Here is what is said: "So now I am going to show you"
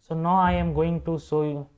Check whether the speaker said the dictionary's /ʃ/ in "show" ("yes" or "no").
no